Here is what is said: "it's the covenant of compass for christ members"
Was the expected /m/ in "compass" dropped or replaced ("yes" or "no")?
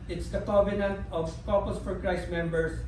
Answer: yes